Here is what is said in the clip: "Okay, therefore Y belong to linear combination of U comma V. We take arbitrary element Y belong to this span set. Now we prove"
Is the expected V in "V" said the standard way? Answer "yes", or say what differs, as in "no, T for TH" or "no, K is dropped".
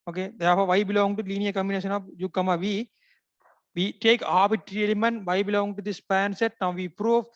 yes